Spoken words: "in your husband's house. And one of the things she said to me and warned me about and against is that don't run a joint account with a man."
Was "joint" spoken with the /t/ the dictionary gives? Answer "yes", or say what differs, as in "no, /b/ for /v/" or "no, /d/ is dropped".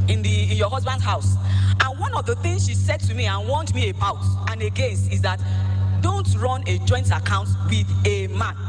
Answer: yes